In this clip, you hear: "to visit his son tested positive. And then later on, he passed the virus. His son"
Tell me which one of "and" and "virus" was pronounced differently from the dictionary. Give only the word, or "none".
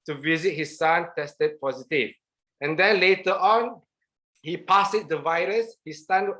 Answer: none